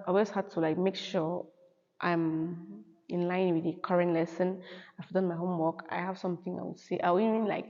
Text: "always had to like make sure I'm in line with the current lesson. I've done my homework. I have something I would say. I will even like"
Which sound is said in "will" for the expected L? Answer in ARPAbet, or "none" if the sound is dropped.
W